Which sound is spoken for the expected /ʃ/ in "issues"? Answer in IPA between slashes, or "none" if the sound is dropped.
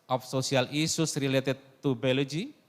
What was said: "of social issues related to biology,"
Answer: /s/